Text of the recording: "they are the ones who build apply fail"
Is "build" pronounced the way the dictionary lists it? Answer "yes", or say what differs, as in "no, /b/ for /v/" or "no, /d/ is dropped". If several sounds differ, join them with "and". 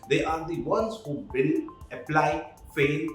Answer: no, /d/ is dropped